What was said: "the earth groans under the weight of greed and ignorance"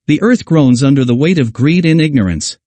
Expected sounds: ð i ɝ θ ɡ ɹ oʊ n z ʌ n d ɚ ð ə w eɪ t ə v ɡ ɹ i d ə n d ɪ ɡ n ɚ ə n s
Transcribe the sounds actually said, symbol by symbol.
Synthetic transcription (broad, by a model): ð i ɝ θ ɡ ɹ oʊ n z ʌ n d ɚ ð ə w eɪ t ə v ɡ ɹ i d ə n ɪ ɡ n ɚ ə n s